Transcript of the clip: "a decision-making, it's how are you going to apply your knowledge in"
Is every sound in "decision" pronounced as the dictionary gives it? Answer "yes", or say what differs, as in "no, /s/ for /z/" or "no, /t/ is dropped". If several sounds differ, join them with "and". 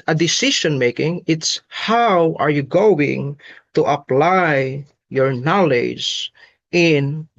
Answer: no, /ʃ/ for /ʒ/